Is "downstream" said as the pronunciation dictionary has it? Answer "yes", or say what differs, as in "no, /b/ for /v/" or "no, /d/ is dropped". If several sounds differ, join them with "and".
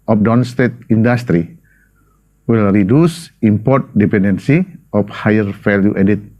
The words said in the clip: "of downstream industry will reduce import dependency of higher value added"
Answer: no, /ɹ/ is dropped